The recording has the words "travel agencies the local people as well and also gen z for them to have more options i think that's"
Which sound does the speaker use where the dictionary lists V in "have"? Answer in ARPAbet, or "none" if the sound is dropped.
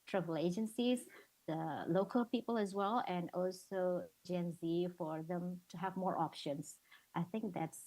V